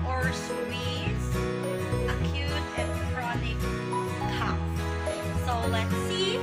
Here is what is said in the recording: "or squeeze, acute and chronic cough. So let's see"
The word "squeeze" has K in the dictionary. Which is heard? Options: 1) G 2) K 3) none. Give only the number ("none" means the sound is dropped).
3